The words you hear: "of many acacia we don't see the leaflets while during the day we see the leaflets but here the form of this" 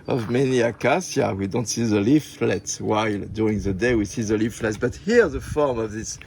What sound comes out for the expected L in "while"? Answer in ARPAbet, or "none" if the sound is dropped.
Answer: L